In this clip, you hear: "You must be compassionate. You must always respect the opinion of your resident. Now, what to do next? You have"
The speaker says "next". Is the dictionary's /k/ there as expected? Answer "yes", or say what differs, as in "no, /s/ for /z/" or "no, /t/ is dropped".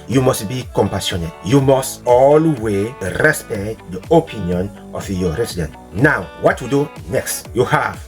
yes